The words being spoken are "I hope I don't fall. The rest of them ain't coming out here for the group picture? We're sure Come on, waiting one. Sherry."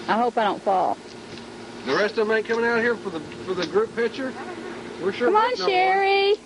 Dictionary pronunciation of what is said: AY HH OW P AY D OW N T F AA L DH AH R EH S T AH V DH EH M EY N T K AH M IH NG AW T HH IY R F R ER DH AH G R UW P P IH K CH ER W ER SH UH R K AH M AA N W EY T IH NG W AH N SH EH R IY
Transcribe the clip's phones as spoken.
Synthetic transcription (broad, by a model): AY HH OW P AY D OW N T F AA L DH AH R EH S T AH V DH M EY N K AH M IH NG AW T HH IY R F R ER DH AH G R UW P P IH K CH ER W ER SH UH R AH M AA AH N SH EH R IY